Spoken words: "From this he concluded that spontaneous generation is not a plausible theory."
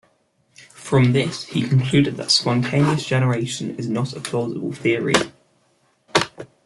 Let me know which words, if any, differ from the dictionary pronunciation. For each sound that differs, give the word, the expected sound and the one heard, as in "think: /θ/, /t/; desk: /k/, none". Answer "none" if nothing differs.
none